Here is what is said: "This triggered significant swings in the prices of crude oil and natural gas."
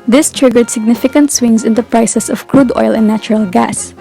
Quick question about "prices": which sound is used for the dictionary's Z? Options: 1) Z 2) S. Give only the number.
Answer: 2